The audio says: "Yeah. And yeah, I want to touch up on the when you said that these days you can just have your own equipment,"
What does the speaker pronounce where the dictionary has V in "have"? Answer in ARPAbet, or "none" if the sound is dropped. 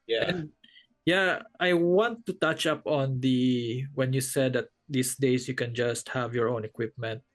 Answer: V